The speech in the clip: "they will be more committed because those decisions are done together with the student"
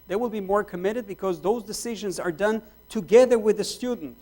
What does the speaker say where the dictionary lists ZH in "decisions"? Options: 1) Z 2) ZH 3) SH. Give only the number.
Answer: 2